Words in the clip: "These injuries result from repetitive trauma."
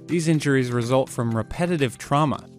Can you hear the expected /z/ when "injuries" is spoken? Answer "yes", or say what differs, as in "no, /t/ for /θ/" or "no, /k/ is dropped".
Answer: yes